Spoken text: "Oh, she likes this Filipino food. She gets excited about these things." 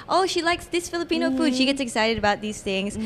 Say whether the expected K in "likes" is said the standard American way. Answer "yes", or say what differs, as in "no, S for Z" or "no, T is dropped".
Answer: yes